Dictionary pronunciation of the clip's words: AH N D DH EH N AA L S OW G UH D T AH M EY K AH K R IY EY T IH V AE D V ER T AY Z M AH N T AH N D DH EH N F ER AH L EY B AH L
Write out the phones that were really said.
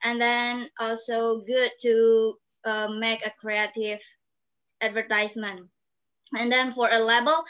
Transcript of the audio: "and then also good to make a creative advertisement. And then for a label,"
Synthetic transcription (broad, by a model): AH N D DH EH N AA L S OW G UH D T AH M EY K AH K R IY EY T IH V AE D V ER T AY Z M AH N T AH N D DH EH N F ER AH L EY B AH L